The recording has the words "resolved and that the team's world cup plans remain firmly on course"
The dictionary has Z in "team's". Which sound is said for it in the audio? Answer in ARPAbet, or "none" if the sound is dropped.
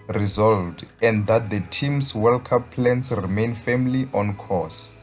S